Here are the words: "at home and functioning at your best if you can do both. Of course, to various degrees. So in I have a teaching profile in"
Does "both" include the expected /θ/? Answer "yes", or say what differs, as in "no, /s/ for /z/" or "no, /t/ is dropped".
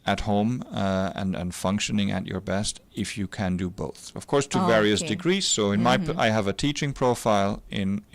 yes